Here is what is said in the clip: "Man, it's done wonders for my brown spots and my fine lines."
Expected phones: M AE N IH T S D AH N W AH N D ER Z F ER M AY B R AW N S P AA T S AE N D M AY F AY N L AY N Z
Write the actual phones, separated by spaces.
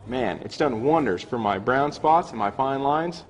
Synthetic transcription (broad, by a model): M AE N IH T S D AH N W AH N D ER Z F ER M AY B R AW N S P AA T S N M AY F AY N L AY N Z